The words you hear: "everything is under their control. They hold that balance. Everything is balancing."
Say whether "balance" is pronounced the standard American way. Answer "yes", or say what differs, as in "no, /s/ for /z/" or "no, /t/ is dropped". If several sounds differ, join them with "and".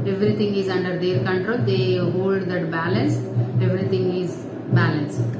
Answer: yes